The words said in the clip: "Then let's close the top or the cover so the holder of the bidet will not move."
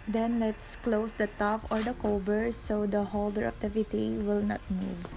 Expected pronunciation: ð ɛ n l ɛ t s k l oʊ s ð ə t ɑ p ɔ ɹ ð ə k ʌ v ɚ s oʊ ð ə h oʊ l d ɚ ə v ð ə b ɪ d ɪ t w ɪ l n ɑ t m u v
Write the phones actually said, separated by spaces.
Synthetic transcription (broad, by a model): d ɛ n l ɛ t s k l oʊ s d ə t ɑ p ɔ ɹ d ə k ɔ b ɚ s oʊ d ə h oʊ l d ɚ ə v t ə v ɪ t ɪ w ɪ l n ɑ t m u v